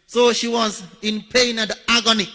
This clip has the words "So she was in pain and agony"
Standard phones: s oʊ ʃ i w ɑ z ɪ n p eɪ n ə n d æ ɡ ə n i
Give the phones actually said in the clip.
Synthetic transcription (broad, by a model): s oʊ ʃ i w ɑ z ɪ n p eɪ ə n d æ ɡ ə n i